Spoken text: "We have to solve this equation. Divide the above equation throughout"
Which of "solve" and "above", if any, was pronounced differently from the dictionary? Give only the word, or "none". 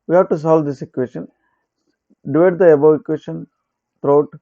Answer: above